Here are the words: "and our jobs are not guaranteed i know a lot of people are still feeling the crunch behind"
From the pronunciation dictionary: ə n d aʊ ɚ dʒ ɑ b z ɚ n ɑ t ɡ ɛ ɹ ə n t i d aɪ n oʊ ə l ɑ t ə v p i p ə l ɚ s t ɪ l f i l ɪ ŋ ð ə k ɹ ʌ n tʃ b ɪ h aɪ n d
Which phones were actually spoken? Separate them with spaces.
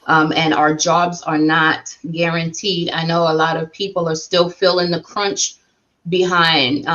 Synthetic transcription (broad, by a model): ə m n aʊ ɚ dʒ ɑ b z ɚ n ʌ t ɡ ɛ ɹ ə n t i d aɪ n oʊ ə l ɑ t ə v p i p l ɚ s t ɪ l f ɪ l ɪ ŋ ð ə k ɹ ʌ n tʃ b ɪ h aɪ n d